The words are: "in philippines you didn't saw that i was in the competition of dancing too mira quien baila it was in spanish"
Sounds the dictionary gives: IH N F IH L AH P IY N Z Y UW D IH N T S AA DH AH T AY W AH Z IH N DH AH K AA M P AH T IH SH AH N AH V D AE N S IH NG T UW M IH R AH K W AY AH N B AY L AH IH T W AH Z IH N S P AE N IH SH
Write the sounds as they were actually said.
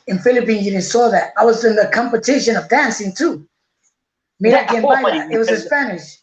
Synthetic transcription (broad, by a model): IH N F IH L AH P IY N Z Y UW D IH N S AA DH AH T AY W AH Z IH N DH AH K AA M P AH T IH SH AH N AH V D AE N S IH NG T UW M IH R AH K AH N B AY AH IH T W AH Z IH S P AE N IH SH